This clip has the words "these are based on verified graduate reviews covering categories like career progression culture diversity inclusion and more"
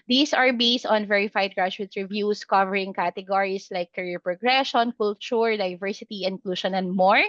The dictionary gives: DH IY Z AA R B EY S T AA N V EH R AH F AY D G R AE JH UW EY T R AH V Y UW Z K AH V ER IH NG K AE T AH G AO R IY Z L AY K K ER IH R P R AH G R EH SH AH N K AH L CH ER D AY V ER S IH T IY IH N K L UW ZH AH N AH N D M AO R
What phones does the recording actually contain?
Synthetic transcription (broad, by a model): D IY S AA R B EY S T AA N V EH R AH F AY D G R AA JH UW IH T R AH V Y UW S K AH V ER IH NG K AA T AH G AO R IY S L AY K K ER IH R P R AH G R EH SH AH N K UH L CH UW D AY V ER S IH T IY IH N K L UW SH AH N AH N D M AO R